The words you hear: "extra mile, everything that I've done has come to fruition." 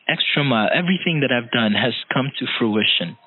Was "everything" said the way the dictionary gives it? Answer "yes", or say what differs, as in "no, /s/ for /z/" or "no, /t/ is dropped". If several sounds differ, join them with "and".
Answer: yes